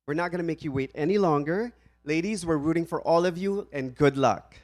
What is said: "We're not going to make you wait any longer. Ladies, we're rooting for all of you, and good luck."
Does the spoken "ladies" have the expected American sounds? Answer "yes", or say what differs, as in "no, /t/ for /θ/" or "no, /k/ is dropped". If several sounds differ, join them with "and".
yes